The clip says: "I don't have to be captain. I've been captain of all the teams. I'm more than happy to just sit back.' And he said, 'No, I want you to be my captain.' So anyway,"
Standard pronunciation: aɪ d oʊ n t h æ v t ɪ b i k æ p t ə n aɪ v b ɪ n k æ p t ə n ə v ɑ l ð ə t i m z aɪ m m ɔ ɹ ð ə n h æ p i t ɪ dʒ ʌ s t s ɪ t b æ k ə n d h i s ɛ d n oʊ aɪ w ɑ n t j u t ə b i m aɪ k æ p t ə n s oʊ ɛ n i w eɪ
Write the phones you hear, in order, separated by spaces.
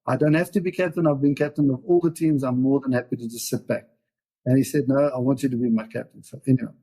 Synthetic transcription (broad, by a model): aɪ d oʊ n t h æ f t ɪ b i k æ p t ə n aɪ v b ɪ n k æ p t ə n ə v ɑ l ð ə t i m z aɪ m m ɔ ɹ ð ə n h æ p i t ɪ dʒ ʌ s t s ɪ t b æ k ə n h i s ɛ d n oʊ aɪ w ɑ n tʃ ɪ t ə b i m aɪ k æ p t ə n s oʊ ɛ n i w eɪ